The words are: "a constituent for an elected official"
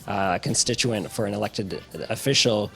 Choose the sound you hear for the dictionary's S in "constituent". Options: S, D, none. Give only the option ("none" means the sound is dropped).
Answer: S